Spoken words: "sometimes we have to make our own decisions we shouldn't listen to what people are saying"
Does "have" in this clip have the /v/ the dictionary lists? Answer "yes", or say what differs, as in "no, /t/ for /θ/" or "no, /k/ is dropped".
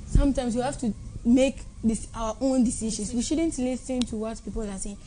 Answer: no, /f/ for /v/